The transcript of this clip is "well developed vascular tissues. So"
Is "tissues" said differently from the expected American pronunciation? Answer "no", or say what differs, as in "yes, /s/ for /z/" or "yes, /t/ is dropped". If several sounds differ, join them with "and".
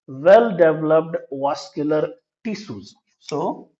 yes, /s/ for /ʃ/